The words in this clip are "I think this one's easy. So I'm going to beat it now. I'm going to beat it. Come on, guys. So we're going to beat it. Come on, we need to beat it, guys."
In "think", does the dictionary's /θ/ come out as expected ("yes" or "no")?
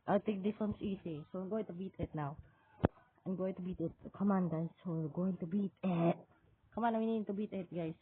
no